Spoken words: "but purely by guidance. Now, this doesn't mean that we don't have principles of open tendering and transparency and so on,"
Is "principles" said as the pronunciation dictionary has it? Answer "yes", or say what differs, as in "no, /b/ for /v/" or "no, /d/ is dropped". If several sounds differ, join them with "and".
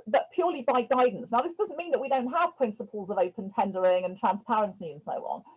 yes